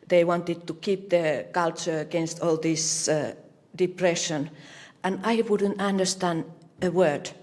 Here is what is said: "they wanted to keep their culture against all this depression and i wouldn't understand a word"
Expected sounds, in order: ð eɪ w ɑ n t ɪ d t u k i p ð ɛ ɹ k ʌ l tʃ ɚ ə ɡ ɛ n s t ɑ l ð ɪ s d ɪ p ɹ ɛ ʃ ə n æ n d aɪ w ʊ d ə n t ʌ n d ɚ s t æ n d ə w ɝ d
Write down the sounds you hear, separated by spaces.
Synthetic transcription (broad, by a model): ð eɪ w ɑ n t ɪ d t u k i p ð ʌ k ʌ l tʃ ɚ ə ɡ ɛ n s t ɑ l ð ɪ s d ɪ p ɹ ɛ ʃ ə n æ n aɪ w ʊ d ə n t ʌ n d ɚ s t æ n d ə w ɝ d